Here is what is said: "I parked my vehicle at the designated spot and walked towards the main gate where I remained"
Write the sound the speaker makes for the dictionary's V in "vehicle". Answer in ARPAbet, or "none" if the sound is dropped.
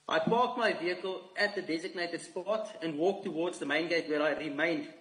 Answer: V